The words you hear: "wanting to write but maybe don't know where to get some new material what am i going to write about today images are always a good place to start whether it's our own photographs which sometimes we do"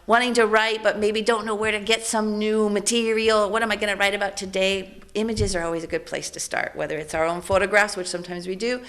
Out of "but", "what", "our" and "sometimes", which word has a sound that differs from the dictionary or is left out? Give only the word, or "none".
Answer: none